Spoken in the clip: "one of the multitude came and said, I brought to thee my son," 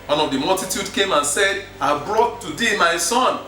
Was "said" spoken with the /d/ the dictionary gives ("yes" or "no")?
yes